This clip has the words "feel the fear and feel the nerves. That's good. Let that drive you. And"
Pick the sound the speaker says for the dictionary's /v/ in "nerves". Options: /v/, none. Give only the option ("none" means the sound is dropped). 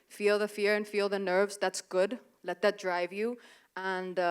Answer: /v/